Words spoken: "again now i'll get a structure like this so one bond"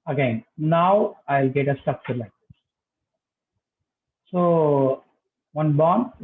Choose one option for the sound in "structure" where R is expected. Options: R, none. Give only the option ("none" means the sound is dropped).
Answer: none